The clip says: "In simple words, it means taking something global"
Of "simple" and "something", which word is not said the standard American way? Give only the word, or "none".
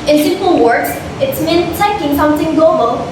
simple